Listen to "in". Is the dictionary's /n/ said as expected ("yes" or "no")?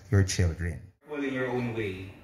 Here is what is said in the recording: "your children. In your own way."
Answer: no